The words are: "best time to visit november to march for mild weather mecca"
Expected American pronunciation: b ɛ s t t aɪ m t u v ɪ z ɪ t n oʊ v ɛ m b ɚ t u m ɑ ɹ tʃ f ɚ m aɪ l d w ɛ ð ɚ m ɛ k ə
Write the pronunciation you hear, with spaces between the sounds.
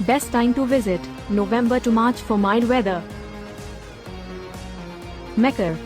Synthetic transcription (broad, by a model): b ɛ s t t aɪ m t u v ɪ z ɪ t n oʊ v ɛ m b ɚ t u m ɑ ɹ tʃ f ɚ m aɪ d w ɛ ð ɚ m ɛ k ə